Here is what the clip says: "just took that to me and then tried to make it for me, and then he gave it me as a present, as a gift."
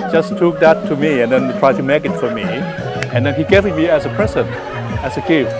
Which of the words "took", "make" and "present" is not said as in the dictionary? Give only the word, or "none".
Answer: present